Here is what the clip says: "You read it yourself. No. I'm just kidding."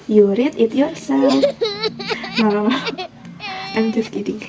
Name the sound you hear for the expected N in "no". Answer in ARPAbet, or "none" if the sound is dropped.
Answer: L